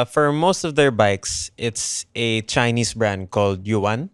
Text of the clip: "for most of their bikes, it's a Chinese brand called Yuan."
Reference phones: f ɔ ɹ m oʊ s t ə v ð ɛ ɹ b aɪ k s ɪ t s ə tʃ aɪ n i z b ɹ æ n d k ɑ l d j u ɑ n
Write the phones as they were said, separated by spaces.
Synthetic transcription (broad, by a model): f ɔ ɹ m oʊ s t ə v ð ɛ ɹ b aɪ k s ɪ t s ə tʃ aɪ n i s b ɹ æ n d k ɑ l d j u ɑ n